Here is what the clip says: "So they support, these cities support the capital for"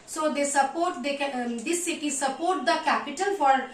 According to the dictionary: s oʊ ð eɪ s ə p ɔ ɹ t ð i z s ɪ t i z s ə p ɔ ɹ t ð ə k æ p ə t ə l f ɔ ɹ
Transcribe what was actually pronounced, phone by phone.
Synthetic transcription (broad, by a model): s oʊ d eɪ s ə p ɔ ɹ t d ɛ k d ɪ s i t s ə p ɔ ɹ t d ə k æ p ə t ə l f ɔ ɹ